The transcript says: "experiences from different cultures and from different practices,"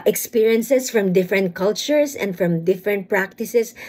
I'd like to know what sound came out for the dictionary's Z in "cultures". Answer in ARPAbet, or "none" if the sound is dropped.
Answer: S